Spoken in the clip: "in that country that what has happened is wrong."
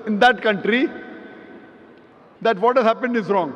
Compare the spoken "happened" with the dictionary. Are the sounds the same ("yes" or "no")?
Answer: yes